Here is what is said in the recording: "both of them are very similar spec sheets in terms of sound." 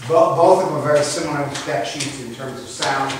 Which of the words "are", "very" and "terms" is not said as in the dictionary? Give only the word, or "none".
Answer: none